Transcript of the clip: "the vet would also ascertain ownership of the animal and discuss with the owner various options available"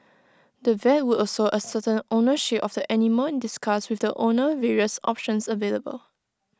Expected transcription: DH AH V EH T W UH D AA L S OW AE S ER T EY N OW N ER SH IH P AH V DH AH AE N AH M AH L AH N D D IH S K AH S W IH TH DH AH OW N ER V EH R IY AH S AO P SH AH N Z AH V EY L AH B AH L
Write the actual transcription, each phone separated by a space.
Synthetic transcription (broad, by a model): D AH V EH T W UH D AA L S OW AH S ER T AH N OW N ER SH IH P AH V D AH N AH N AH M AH N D D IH S K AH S W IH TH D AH OW N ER V EH R IY AH S AO P SH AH N S AH V EY L AH B AH L